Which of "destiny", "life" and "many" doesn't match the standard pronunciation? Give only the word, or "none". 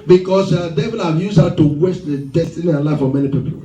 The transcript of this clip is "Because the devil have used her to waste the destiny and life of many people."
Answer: none